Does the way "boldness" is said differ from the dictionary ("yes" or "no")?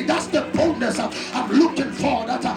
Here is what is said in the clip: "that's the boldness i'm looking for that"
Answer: yes